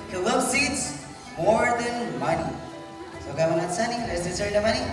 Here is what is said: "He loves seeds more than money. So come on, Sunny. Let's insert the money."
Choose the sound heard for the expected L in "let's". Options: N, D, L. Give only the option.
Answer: N